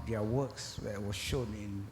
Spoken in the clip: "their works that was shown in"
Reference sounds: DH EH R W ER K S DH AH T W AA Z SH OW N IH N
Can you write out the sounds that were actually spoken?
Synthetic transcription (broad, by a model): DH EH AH W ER K S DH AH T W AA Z SH OW N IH N